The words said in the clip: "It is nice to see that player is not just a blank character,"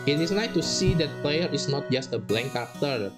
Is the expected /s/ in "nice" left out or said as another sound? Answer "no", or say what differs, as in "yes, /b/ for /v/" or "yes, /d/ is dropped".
yes, /s/ is dropped